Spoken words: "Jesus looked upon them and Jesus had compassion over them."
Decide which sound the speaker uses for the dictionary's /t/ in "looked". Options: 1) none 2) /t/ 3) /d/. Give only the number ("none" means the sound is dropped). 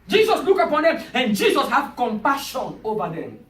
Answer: 1